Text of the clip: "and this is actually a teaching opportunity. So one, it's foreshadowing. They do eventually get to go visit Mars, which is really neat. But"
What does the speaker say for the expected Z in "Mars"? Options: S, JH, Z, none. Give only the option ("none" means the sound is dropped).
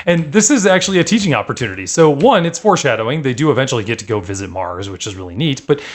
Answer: Z